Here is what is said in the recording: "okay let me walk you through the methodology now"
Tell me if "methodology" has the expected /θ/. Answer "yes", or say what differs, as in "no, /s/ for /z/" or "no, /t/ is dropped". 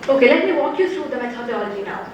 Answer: no, /s/ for /θ/